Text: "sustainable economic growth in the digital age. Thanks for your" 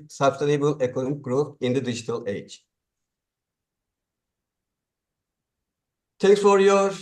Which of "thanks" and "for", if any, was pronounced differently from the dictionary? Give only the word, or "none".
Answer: thanks